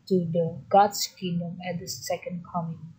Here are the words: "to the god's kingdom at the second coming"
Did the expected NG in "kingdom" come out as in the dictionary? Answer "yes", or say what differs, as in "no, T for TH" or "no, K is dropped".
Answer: no, NG is dropped